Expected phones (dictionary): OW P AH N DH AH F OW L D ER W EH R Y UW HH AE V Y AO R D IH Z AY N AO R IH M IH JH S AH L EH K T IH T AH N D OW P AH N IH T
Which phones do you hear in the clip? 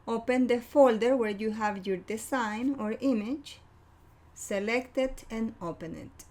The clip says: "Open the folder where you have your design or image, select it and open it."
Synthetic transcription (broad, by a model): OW P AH N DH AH F OW L D ER W EH R Y UW HH AE V Y AO R D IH S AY N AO R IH M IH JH S AH L EH K T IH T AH N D OW P AH N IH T